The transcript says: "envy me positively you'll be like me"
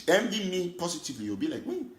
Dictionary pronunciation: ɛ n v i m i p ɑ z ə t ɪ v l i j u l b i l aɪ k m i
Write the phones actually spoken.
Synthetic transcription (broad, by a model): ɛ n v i m i p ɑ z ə t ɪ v l i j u w b i l aɪ k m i